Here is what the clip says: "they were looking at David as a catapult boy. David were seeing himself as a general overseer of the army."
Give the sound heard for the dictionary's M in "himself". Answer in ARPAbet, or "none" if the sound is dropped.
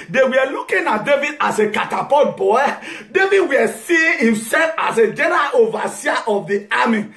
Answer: M